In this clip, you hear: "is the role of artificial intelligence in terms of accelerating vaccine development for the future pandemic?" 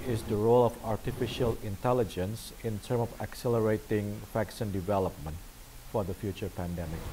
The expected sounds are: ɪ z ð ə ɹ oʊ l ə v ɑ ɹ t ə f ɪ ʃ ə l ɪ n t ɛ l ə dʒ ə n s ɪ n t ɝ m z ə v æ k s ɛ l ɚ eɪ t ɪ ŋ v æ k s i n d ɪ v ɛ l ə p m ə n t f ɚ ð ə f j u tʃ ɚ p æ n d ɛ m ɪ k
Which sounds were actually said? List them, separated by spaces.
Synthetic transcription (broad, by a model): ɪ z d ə ɹ oʊ l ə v ɑ ɹ t ə f ɪ ʃ ə l ɪ n t ɛ l ə dʒ ə n s ɪ n t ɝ m ə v æ k s ɛ l ɚ eɪ t ɪ ŋ f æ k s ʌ n d ɪ v ɛ l ə p m ə n t f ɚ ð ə f j u tʃ ɚ p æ n d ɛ m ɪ k